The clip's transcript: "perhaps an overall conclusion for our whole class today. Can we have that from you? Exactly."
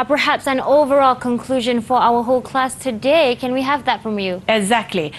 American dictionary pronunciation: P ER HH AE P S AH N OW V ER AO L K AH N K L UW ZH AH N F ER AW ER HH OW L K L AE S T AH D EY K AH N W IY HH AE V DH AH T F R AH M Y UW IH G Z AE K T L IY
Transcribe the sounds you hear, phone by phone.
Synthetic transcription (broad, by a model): P ER HH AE P S AH N OW V ER AO L K AH N K L UW ZH AH N F ER AW ER HH OW L K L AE S T AH D EY K AH N W IY HH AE V DH AH T F R AH M Y UW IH G Z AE K T L IY